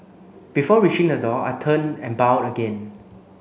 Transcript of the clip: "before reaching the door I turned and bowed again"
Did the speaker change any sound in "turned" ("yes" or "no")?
yes